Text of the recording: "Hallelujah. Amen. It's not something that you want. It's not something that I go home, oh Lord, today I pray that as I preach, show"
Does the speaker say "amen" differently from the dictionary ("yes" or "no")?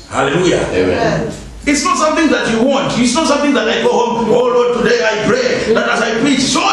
yes